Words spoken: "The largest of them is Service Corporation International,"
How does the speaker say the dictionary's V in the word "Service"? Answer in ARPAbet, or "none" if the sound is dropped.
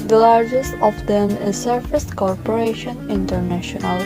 F